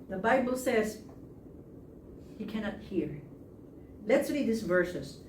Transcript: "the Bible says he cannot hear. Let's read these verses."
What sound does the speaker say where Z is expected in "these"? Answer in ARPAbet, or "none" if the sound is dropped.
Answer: S